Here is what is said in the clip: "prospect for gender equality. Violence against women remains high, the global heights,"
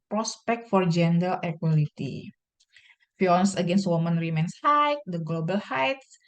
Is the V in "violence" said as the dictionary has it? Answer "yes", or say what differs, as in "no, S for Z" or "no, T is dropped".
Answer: no, F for V